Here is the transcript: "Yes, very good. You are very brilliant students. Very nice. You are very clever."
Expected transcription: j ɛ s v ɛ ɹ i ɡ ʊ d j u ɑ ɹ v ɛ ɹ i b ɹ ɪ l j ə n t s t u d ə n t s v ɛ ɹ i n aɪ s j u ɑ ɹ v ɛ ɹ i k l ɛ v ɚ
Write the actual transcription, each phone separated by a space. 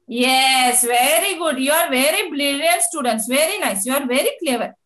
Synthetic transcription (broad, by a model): j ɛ s v ɛ ɹ i ɡ ʊ d j u ɑ ɹ v ɛ ɹ i b l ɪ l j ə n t s t u d ə n t s v ɛ ɹ i n aɪ s j u ɑ ɹ v ɛ ɹ i k l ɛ v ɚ